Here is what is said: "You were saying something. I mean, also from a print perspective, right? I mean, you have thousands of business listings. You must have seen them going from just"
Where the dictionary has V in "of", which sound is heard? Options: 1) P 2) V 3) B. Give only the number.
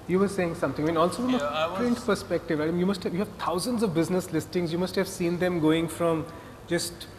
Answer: 2